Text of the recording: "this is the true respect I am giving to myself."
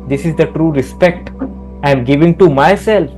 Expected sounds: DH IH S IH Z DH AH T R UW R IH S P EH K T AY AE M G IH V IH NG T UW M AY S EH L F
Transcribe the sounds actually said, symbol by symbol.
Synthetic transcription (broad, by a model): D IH S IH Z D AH T R UW R IH S P EH K T AY M G IH V IH NG T UW M AY S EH L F